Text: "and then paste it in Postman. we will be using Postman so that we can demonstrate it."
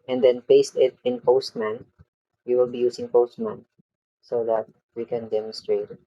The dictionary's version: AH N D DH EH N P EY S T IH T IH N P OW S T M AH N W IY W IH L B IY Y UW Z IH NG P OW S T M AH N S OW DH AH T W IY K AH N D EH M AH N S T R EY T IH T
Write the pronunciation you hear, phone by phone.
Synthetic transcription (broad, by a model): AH N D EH N P EY S T IH T IH N P OW S T M AH N W IY W IH L B IY Y UW S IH NG P OW S T M AH N S OW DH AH T W IY K AH N D EH M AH N S T R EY IH T